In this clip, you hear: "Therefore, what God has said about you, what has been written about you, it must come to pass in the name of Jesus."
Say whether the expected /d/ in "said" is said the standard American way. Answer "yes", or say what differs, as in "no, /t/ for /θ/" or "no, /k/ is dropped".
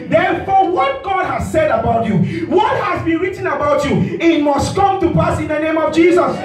yes